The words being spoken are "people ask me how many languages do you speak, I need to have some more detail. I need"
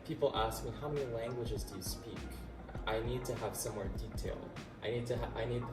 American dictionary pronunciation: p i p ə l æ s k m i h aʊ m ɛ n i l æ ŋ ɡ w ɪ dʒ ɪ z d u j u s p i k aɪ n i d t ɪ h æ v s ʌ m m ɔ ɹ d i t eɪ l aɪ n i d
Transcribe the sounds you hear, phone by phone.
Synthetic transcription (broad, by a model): p i p l æ s k m i h aʊ m ɛ n i l æ ŋ ɡ w ɪ dʒ ɪ z d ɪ j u s p i k aɪ n i d t ɪ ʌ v s ʌ m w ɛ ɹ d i t eɪ l aɪ n i d